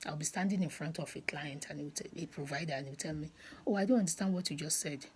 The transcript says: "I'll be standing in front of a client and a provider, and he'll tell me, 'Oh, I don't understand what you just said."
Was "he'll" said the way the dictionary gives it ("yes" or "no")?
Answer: no